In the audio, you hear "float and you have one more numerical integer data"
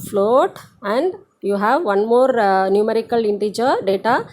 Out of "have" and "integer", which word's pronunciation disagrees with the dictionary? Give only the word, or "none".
none